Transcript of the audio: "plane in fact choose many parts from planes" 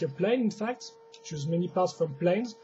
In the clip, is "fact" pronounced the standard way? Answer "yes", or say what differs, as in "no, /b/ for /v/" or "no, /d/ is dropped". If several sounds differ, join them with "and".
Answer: yes